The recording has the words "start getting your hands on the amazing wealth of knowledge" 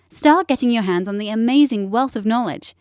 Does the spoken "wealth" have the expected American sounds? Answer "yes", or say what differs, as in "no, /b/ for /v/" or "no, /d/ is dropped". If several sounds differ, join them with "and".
yes